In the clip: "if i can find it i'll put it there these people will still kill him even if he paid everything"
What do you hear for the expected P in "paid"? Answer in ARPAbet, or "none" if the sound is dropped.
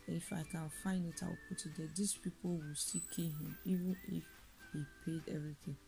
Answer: P